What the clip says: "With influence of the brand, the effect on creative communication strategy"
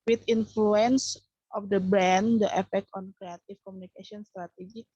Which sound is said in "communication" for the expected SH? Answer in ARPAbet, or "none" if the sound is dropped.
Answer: S